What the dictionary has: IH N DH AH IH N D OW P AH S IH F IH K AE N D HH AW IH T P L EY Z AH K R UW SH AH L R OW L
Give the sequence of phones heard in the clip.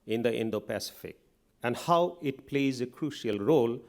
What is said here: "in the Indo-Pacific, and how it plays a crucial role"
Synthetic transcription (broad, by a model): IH N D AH IH N D OW P AH S IH F IH K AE N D HH AW IH T P L EY Z AH K R UW SH AH L R OW L